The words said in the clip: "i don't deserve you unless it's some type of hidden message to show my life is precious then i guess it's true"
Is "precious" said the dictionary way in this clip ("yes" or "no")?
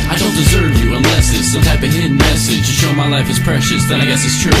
yes